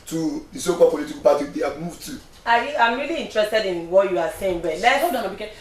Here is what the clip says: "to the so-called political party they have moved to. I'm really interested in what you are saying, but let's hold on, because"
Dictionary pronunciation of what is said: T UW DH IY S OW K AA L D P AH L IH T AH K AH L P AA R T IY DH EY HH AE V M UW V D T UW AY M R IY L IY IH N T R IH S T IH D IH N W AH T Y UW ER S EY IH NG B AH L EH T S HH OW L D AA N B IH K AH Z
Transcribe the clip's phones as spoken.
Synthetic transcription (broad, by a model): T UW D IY S OW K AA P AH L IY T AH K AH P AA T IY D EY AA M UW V T UW AY M R IY L IY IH N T R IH S T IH D IH N W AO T Y UW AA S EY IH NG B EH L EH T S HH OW D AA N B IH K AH